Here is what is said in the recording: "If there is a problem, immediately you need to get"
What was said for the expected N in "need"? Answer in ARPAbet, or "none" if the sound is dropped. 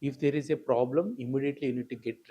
N